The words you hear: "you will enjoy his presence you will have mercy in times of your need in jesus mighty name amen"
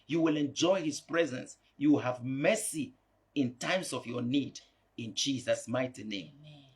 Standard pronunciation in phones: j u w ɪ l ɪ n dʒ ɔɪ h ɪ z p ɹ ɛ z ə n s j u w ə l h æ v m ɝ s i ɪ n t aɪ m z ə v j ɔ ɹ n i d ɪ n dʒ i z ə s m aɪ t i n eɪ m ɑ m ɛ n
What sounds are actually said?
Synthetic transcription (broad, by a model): j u w ɪ l ɪ n dʒ ɔɪ h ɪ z p ɹ ɛ z ə n s j u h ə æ v m ɝ s i ɪ n t aɪ m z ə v j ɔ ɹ n i d ɪ n dʒ i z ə s m aɪ t i n eɪ ɑ m